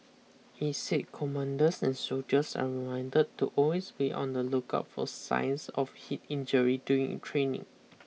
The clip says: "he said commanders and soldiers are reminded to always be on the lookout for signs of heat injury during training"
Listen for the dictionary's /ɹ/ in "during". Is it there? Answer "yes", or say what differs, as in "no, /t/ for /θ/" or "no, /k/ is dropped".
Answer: no, /ɹ/ is dropped